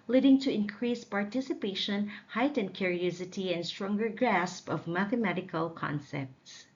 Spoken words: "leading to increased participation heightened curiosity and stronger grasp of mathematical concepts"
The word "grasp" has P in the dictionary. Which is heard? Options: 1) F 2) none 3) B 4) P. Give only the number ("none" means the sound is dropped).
4